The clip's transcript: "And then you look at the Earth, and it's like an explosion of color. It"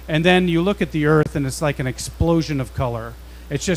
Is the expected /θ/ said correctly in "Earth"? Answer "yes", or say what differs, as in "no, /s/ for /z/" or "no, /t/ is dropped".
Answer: yes